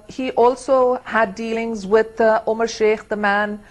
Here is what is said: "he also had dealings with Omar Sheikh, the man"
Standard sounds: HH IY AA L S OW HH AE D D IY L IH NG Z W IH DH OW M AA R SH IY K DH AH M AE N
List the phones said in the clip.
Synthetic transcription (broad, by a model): HH IY AA L S OW HH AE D D IY L IH NG Z W IH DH OW M AA R SH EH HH DH AH M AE N